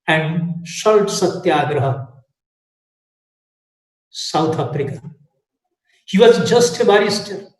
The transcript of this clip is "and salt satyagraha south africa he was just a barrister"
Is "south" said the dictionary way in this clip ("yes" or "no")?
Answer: no